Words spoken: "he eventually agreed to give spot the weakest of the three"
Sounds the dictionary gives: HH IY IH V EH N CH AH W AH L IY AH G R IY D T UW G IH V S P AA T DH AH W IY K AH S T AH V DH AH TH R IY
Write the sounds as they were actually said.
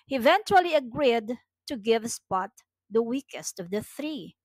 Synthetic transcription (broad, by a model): HH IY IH V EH N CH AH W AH L IY AH G R IY D T UW G IH V S P AA T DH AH W IY K AH S T AH V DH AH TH R IY